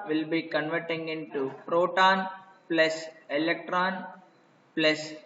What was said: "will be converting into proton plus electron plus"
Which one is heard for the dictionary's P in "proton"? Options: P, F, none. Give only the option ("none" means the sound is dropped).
P